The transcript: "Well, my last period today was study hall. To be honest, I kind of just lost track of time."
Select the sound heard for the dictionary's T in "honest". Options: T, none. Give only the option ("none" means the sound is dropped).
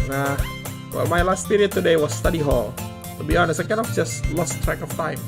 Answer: none